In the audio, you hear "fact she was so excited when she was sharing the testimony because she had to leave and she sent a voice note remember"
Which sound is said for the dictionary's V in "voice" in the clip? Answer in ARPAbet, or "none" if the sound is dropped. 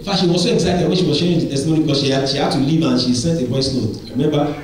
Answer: B